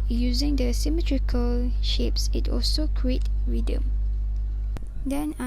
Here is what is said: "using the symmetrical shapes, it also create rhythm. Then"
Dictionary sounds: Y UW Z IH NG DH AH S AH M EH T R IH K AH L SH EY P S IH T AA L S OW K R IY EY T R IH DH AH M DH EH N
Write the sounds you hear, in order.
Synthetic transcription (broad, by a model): Y UW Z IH NG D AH S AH M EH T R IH K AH L SH EY P S IH T AA L S OW K R IY EY T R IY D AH M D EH N